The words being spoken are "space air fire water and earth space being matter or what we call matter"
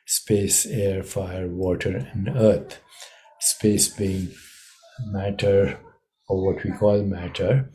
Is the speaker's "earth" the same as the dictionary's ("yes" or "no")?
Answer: no